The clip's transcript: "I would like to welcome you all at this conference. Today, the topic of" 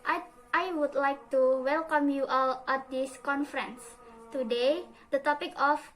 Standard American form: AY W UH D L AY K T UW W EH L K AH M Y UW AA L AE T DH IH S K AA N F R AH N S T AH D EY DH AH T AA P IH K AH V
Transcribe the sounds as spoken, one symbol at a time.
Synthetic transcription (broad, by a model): AY W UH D L AY K T UW W EH L K AH M Y UW AA L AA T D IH S K AA N F R AH N S T AH D EY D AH T AA P IH K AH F